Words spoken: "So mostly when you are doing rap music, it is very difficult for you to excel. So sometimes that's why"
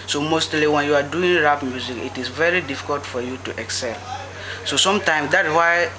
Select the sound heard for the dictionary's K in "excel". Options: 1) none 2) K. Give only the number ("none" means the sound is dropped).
2